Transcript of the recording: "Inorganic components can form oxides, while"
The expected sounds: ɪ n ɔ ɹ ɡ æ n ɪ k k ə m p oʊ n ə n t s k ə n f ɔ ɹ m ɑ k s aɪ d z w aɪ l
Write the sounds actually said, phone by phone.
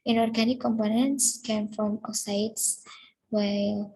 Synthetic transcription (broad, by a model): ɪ n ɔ ɹ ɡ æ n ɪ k k ə m p oʊ n ə n t s k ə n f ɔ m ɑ s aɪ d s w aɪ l